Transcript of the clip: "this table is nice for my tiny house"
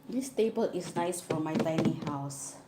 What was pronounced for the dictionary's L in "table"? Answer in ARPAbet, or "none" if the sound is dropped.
L